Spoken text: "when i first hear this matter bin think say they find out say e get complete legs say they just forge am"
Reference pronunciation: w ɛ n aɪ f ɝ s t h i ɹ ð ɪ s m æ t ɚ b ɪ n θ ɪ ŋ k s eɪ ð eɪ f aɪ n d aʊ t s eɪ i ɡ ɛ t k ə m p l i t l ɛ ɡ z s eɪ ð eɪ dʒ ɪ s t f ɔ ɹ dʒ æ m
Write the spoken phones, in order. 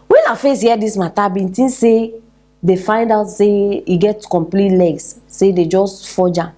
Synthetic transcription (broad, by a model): w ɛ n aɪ f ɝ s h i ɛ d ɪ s m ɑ t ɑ b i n t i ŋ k s eɪ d eɪ f aɪ n d aʊ t s eɪ i ɡ ɛ t k ə m p l i t l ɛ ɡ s s eɪ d eɪ dʒ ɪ s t f ɔ dʒ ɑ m